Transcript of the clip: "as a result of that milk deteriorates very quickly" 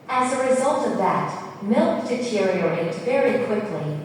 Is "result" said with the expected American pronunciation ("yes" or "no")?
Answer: yes